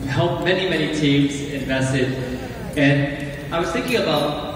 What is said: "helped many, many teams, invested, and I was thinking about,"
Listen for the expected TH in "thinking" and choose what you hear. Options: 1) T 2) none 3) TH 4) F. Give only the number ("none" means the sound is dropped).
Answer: 3